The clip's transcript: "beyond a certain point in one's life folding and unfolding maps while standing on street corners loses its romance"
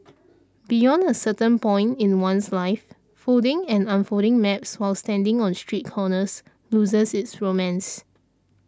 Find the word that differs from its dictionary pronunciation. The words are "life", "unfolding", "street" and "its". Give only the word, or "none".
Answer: unfolding